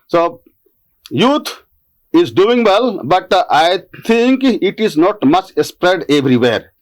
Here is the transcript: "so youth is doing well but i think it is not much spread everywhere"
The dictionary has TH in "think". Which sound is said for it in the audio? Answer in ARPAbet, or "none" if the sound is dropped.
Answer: T